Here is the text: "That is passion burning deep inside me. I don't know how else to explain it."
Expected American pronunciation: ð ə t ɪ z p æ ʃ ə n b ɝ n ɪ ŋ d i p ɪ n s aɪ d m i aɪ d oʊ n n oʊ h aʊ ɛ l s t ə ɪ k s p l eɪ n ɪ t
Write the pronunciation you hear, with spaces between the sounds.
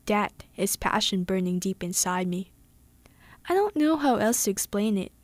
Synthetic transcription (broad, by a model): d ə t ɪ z p æ ʃ ə n b ɝ n ɪ ŋ d i p ɪ n s aɪ d m i aɪ d oʊ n n oʊ h aʊ ɛ l s t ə ɪ k s p l eɪ n ɪ t